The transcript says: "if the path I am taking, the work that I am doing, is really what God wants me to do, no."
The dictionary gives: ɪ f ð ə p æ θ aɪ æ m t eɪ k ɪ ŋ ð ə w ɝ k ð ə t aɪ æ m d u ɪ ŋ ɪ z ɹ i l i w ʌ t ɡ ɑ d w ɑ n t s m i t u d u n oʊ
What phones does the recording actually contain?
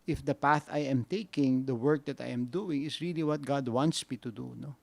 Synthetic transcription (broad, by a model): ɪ f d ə p æ θ aɪ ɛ m t eɪ k ɪ ŋ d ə w ɝ k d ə t aɪ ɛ m d u ɪ ŋ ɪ s ɹ i l i w ʌ t ɡ ɑ d w ɑ n t s m i t u d u n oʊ